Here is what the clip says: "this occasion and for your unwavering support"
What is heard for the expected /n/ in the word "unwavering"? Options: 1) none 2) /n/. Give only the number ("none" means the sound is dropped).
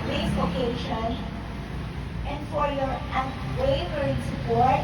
1